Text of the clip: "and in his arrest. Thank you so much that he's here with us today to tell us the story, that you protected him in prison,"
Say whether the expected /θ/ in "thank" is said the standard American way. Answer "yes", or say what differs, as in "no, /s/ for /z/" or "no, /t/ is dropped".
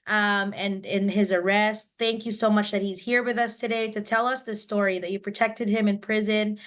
yes